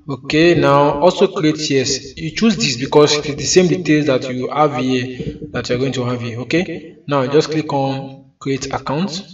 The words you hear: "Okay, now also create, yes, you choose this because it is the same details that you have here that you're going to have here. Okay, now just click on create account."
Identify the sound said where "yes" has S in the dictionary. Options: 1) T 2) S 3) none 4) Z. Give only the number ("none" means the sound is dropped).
2